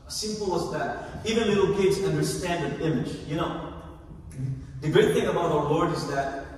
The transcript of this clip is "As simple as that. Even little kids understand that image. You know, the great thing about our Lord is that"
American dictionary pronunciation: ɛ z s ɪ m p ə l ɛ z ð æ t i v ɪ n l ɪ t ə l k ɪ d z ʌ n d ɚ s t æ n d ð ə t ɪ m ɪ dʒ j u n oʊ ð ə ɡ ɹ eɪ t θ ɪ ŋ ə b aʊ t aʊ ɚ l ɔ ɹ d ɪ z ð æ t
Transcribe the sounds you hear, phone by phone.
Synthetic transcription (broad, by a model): s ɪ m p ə l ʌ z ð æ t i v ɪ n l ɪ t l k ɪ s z ʌ n d ɚ s t æ n d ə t ɪ m ɪ dʒ j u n oʊ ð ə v ɹ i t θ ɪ ŋ ə b aʊ t aʊ ɚ l ɔ ɹ d ɪ z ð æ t